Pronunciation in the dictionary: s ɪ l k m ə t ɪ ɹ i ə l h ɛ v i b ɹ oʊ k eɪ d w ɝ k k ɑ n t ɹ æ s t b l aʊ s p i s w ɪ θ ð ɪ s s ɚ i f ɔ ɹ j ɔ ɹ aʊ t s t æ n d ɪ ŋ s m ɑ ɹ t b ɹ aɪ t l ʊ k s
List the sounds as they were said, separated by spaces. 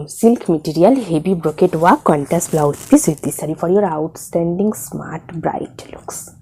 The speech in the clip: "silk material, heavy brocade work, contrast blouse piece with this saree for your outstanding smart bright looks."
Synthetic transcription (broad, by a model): s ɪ l k m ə t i ɹ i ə l h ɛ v i b ɹ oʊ k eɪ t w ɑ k k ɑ n t æ s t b l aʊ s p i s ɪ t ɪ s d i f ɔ ɹ j ɔ ɹ aʊ t s t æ n d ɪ ŋ s m ɑ ɹ t b ɹ aɪ t l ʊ k s